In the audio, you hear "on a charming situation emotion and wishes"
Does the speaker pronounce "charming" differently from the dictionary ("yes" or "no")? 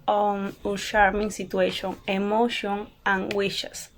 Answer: yes